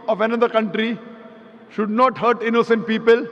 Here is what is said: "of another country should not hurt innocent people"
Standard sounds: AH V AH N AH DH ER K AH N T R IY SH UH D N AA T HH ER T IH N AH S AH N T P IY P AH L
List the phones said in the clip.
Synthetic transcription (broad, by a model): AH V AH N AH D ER K AH N T R IY SH UH D N AA T HH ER T IH N AH S AH N T P IY P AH L